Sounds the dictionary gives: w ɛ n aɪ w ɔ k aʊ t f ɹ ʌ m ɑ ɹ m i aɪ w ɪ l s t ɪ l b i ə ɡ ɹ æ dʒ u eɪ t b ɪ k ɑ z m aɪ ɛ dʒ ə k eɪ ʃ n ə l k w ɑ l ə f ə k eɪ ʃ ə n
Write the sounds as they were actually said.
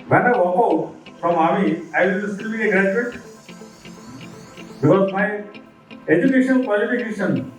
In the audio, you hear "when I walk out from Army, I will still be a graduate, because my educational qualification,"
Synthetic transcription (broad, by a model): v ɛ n aɪ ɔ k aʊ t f ɹ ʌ m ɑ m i aɪ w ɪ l s t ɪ l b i ə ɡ ɹ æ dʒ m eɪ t b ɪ k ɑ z m aɪ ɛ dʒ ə k eɪ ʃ ə n k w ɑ l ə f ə k eɪ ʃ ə n